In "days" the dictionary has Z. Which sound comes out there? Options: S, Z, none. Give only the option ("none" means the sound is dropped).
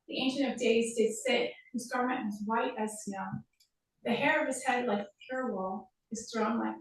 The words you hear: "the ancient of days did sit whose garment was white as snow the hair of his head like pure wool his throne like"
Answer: Z